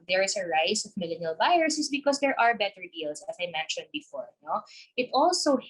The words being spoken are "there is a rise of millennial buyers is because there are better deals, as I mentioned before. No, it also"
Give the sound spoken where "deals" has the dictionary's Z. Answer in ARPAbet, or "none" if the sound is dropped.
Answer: S